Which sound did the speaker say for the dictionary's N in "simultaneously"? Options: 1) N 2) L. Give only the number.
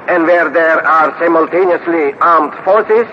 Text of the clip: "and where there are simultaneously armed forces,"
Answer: 1